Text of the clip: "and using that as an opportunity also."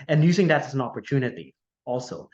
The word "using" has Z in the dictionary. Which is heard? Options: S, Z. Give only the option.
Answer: Z